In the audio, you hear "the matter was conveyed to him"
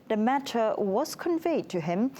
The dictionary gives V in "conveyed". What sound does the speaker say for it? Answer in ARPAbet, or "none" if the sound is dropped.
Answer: V